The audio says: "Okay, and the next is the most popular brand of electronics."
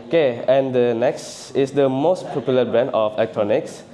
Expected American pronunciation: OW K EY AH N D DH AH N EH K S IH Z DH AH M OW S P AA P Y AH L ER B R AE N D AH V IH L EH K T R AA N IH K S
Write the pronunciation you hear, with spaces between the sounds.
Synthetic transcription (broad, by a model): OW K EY AH N D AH N EH K S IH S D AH M OW S P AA P Y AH L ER B AE N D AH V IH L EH K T R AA N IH K S